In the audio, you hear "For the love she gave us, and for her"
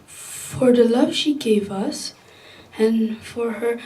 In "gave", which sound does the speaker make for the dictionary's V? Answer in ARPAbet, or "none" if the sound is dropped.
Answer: V